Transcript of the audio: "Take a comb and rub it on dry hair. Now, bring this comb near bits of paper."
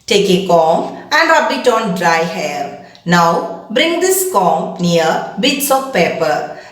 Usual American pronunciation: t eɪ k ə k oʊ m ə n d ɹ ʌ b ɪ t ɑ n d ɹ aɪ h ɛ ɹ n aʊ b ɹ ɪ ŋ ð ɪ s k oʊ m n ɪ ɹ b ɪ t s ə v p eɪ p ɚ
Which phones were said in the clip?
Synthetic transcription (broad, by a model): t eɪ k ə k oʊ m ə n d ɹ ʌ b ɪ t ɑ n d ɹ aɪ h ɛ l n aʊ b ɹ ɪ ŋ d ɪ s k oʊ m n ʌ ɹ b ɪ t s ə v p eɪ p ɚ